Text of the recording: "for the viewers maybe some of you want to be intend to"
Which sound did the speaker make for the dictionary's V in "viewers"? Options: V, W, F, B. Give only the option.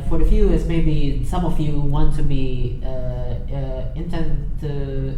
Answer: F